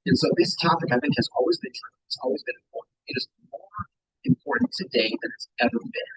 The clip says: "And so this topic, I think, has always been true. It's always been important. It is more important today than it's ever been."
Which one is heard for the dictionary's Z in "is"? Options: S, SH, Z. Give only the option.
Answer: Z